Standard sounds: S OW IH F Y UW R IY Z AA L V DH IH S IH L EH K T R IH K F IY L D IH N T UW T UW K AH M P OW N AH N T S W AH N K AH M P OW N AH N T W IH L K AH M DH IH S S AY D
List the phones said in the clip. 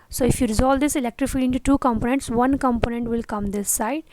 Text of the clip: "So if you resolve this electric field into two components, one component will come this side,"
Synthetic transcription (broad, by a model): S OW IH F Y UW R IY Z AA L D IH S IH L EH K T R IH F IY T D IH N T UW T UW K AH M P OW N AH N T S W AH N K AH M P OW N AH N T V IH L K AH M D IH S S AY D